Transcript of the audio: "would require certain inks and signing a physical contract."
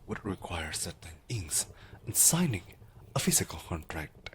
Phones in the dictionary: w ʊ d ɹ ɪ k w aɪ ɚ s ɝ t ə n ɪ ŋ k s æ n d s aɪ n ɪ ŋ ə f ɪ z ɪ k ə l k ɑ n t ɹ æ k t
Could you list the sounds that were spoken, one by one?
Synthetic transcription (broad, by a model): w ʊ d ɹ ɪ k w aɪ ɚ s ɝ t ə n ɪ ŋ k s n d s aɪ n ɪ ŋ ə f ɪ z ɪ k ə l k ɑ n t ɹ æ k t